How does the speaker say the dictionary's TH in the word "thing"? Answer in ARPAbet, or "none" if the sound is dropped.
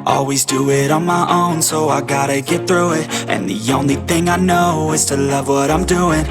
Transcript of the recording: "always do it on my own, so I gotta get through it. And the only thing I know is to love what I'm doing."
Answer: TH